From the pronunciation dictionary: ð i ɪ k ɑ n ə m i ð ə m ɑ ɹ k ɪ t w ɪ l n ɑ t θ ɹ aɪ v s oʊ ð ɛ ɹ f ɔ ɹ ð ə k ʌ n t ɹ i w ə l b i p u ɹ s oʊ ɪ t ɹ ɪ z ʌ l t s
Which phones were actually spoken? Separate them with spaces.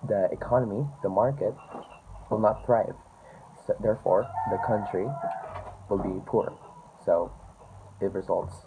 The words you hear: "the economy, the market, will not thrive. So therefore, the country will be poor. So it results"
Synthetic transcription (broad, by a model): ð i ɪ k ɑ n ə m i ð ə m ɑ ɹ k ɪ t w ɪ l n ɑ t θ ɹ aɪ v s oʊ ð ɛ ɹ f ɔ ɹ ð ə k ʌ n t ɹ i w ə l b i p u ɹ s oʊ ɪ t ɹ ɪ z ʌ l t s